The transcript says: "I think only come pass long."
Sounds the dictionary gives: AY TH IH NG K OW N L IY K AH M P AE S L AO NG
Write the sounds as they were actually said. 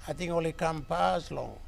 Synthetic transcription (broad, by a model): AY T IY NG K OW L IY K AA M P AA S L AO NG